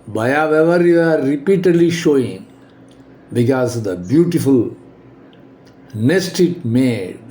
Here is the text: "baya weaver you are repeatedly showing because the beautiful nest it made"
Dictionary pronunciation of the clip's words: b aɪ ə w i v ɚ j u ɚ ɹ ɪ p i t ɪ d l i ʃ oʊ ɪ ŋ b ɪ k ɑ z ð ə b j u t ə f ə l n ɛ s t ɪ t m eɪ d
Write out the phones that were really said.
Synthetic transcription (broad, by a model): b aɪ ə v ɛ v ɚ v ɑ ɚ ɹ ɪ p i t ɪ d l i ʃ oʊ ɪ ŋ b ɪ k ɑ z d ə b j u t ə f ə l n ɛ s t ɪ t m eɪ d